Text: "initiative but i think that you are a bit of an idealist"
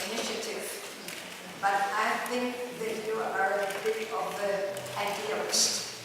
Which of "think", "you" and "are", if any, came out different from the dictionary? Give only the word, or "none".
think